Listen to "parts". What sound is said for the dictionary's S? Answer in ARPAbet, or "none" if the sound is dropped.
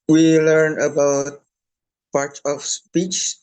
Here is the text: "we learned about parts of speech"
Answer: none